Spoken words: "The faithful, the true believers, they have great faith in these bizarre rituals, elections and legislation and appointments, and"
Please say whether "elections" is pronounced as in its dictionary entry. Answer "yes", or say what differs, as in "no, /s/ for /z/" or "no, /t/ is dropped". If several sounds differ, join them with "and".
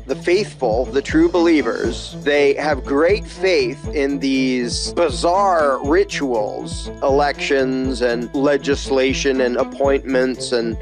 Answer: yes